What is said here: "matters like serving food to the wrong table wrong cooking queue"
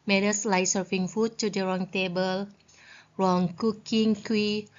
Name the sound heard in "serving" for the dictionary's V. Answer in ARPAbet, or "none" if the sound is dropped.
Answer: F